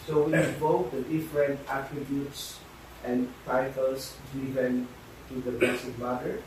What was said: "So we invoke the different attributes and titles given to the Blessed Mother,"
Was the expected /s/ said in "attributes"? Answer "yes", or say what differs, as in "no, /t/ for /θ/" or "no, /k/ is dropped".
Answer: yes